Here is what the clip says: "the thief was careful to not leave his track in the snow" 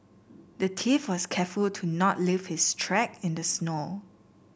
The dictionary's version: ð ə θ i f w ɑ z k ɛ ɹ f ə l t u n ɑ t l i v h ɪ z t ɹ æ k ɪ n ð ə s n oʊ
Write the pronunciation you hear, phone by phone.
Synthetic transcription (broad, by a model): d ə t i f w ɑ s k ɛ f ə l t u n ɑ t l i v h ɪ s t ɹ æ k ɪ n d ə s n oʊ